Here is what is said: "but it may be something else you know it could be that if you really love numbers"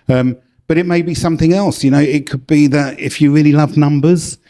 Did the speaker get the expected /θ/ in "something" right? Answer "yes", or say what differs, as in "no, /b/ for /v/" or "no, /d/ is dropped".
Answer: yes